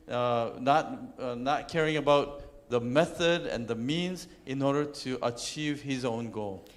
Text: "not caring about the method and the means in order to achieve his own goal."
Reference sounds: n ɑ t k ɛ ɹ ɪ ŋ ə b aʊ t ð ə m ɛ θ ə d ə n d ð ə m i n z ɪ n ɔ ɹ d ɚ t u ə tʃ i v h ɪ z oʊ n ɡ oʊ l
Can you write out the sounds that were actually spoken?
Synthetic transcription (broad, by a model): n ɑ t k ɛ ɹ ɪ ŋ ə b aʊ t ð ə m ɛ θ ə d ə n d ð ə m i n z ɪ n ɔ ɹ d ɚ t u ə tʃ i v h ɪ z oʊ n ɡ oʊ l